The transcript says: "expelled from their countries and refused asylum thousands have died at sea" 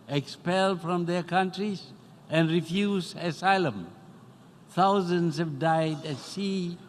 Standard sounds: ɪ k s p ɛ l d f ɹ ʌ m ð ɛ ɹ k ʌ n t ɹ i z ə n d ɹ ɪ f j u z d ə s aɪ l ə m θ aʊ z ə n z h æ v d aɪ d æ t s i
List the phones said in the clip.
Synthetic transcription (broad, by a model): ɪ k s p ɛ l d f ɹ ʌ m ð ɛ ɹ k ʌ n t ɹ i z ə n d ɹ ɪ f j u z ə s aɪ l ə m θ aʊ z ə n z h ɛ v d aɪ d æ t s i